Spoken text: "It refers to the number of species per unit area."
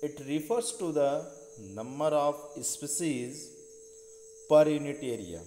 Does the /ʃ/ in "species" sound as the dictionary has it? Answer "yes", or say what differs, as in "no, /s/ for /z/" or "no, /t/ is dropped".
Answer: no, /s/ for /ʃ/